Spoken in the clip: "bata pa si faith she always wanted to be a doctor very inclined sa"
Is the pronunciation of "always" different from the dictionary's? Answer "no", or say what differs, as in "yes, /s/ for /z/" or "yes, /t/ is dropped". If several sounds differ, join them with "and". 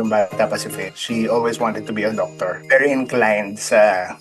yes, /s/ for /z/